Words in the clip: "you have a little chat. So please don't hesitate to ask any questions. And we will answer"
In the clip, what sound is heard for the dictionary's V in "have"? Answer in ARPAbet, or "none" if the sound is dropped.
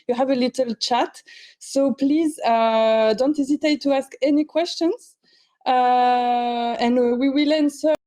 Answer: V